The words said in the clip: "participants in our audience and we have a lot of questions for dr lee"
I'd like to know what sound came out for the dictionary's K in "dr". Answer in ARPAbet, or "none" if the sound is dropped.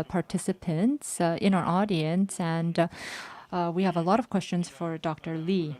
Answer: K